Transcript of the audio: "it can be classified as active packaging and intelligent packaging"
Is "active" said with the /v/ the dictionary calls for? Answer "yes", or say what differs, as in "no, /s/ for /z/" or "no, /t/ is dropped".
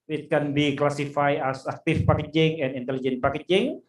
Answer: no, /f/ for /v/